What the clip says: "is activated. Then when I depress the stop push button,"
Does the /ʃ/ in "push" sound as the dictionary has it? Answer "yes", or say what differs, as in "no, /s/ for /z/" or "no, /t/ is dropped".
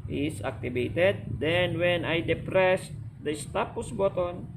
no, /s/ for /ʃ/